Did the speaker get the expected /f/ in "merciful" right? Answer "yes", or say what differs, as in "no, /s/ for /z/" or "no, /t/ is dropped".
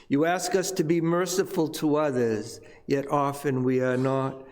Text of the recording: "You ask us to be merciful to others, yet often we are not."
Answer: yes